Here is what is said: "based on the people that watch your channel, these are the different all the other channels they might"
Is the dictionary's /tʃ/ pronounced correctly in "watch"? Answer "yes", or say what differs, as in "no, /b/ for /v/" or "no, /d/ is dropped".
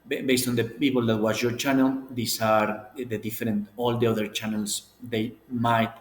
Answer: no, /s/ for /tʃ/